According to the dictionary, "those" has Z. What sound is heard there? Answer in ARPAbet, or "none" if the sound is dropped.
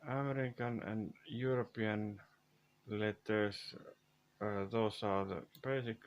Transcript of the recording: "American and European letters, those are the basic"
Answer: S